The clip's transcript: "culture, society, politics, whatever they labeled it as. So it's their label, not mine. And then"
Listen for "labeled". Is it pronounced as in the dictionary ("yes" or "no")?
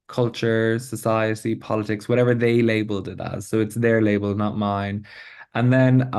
yes